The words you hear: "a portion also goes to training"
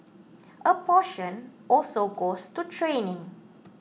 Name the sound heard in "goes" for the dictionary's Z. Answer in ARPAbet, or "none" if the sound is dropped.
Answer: S